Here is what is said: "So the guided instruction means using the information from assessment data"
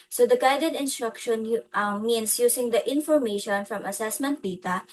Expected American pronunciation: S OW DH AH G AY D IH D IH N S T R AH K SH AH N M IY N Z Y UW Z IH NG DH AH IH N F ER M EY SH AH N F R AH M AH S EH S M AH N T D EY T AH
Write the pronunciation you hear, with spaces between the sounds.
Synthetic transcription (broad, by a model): S OW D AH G AY D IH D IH N S T R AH K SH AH N M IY N S Y UW S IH NG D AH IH N F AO M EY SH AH N F R AH M AH S EH S M AH N T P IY T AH